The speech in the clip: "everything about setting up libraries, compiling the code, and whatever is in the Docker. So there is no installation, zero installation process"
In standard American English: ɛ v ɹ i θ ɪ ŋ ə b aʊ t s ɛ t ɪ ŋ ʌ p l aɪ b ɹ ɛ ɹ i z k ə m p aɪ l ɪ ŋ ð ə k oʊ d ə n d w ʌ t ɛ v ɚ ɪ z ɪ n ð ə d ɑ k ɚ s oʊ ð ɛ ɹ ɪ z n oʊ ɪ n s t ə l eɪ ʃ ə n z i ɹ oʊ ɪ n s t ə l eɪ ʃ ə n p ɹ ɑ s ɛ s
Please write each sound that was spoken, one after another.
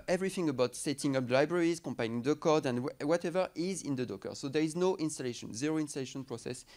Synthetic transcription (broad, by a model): ɛ v ɹ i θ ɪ ŋ ə b aʊ t s ɛ t ɪ ŋ ʌ p l aɪ b ɹ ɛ ɹ i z k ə m p aɪ n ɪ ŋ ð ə k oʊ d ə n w w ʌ t ɛ v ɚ ɪ z ɪ n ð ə d ɑ k ɚ s oʊ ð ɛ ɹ ɪ z n oʊ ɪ n s t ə l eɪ ʃ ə n z i ɹ oʊ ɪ n s t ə l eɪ ʃ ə n p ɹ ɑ s ɛ s